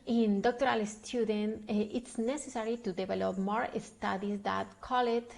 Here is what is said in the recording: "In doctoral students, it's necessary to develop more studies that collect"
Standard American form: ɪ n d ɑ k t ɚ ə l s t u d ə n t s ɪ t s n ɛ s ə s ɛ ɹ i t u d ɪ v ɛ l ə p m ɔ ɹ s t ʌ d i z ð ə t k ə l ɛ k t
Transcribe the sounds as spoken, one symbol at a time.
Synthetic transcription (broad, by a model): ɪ n d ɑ k t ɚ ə l s t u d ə n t ɪ t s n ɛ s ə s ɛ ɹ i t u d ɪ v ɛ l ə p m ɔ ɹ s t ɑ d i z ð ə t k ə l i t